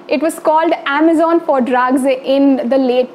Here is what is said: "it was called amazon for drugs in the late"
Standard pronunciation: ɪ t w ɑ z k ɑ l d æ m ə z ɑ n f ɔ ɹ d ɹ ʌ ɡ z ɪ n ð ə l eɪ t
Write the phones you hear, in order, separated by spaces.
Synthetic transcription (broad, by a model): ɪ t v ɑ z k ɑ l d æ m ə z ɑ n f ɔ ɹ d ɹ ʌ ɡ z ɪ n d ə l eɪ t